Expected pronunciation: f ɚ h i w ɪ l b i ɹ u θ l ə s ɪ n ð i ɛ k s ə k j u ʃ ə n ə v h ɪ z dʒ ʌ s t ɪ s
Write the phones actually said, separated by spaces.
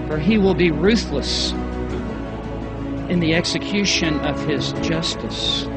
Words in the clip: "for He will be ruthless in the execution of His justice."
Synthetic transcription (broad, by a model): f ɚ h i w ɪ l b i ɹ u θ l ə s ɪ n ð i ɛ k s ə k j u ʃ ə n ə v ɪ z dʒ ʌ s t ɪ s